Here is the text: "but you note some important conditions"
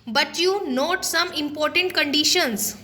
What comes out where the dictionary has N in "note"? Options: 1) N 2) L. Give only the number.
1